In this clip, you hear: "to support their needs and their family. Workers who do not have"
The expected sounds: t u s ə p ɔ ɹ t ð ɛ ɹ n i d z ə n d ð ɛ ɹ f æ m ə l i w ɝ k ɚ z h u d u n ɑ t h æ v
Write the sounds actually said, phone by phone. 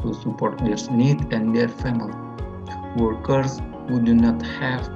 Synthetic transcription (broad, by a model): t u s ə p ɔ ɹ t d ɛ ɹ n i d ə n d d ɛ ɹ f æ m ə l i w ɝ k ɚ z h u d u n ɑ t h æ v